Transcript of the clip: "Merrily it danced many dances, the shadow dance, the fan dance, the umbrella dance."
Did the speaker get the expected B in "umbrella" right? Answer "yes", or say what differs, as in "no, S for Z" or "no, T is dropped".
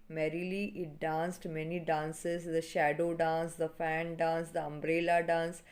yes